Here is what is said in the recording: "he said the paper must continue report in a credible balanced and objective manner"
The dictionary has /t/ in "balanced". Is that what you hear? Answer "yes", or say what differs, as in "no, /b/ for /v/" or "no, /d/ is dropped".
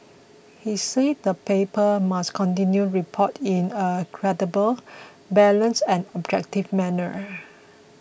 no, /t/ is dropped